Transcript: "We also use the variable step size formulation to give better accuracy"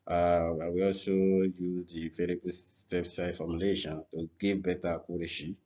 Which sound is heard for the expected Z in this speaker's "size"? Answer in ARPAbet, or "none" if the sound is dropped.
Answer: none